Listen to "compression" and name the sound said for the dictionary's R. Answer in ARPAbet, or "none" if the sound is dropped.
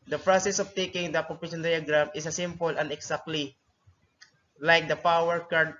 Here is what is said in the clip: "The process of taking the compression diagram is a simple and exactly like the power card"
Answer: none